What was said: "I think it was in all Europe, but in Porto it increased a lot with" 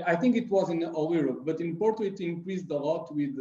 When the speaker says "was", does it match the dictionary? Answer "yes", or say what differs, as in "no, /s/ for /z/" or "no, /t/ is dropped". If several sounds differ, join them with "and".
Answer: yes